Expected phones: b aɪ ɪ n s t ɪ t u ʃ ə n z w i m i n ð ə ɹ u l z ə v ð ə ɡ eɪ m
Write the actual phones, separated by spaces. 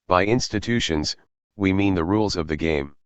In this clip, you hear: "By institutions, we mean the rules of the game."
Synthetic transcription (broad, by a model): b aɪ ɪ n s t ɪ t u ʃ ə n z w i m i n ð ə ɹ u l z ə v ð ə ɡ eɪ m